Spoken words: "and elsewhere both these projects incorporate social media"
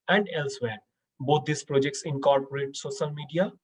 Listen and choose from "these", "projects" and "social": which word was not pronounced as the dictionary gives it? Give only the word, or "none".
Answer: these